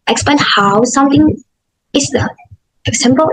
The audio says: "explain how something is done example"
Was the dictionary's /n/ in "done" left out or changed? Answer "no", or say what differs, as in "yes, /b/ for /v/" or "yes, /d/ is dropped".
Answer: yes, /n/ is dropped